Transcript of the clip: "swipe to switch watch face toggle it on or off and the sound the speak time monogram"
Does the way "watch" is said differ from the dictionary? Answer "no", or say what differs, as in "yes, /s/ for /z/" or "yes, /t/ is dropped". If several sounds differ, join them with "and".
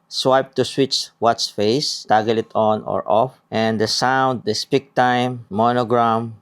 yes, /s/ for /tʃ/